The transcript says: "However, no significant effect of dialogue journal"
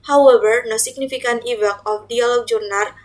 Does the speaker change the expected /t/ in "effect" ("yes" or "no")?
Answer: yes